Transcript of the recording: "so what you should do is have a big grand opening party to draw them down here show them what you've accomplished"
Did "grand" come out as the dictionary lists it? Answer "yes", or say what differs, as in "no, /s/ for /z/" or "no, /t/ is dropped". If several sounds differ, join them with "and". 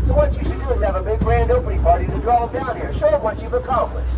yes